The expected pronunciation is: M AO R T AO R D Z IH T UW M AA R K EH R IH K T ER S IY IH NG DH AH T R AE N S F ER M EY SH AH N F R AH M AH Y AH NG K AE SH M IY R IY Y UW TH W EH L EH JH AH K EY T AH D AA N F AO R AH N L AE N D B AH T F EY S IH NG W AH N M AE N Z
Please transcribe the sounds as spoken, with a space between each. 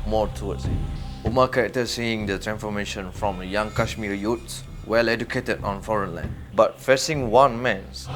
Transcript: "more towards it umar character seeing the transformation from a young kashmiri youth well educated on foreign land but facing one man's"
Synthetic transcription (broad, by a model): M AO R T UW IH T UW M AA K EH R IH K T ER S IY IH NG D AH T R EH N S F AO M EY SH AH N F R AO M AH Y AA NG K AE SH M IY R Y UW S W EH L EH JH AH K EY T AH D AA N F AO R AH N L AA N B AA T F EY S IH NG W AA N M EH N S